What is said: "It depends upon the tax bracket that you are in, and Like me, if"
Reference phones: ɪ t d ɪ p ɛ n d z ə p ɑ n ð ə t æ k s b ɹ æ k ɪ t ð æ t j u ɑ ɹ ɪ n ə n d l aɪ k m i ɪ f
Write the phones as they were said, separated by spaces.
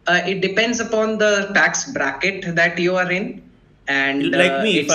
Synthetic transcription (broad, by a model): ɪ t d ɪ p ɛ n d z ə p ɑ n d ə t æ k s b ɹ æ k ɪ t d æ t j u ɑ ɹ ɪ n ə n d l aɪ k m i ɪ